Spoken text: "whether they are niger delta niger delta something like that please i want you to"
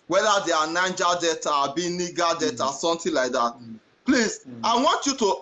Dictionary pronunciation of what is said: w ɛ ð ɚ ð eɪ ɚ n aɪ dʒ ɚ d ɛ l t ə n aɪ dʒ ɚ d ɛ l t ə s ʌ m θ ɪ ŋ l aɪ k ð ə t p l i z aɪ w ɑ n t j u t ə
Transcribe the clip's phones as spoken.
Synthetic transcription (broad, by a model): w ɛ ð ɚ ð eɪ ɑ n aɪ dʒ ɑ d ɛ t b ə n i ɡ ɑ d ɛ t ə s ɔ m t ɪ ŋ l aɪ k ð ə t p l i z aɪ w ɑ n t j u t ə